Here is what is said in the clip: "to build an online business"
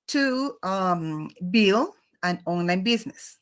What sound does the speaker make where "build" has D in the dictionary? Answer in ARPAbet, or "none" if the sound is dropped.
none